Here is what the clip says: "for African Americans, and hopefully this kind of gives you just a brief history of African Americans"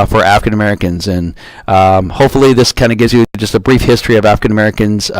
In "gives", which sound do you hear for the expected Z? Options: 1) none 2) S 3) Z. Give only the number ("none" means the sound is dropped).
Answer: 3